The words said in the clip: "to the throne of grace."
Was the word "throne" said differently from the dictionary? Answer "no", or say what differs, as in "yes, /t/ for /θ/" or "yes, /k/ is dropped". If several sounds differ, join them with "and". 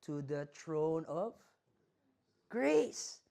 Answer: yes, /t/ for /θ/